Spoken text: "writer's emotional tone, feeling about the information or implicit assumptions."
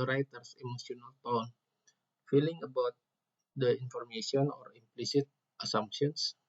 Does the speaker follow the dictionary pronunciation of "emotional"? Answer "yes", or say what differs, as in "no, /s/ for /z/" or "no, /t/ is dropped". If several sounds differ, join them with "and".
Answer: no, /s/ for /ʃ/